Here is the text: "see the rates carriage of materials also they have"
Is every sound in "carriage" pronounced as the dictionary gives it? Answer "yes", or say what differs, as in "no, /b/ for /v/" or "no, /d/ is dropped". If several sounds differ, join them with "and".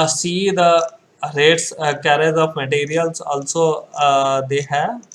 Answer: no, /z/ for /dʒ/